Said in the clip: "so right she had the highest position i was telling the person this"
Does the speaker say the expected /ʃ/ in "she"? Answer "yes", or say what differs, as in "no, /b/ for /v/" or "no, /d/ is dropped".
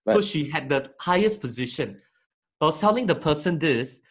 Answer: yes